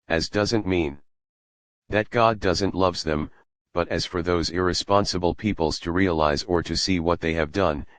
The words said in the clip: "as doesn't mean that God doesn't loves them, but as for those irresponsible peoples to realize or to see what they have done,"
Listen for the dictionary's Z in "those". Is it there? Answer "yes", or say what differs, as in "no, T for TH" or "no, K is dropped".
yes